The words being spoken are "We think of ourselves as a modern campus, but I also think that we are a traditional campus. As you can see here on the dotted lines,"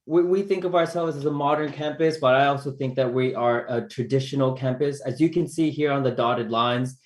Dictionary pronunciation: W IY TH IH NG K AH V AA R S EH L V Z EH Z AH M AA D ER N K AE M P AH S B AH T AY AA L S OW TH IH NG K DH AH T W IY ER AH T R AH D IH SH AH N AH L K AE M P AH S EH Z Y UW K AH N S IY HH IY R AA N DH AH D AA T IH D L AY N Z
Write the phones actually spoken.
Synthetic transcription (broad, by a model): W IY TH IH NG K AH V AA R S EH L V Z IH Z AH M AA D ER N K AE M P AH S B AH T AY AA L S OW TH IH NG K DH AH T W IY ER AH T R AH D IH SH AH N L K AE M P AH S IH Z Y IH K AH N S IY HH IY R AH N DH AH D AA T IH D L AY N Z